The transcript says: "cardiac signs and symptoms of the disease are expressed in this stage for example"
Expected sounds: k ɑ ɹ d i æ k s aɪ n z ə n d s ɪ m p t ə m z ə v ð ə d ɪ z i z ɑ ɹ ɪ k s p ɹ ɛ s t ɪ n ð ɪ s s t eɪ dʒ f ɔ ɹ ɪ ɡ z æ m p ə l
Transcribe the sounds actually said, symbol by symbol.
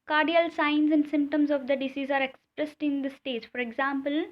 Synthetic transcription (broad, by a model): k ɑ ɹ d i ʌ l s aɪ n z ə n d s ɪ m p t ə m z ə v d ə d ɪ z i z ɑ ɹ ɪ k s p ɹ ɛ s t ɪ n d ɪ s s t eɪ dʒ f ɔ ɹ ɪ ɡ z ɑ m p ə l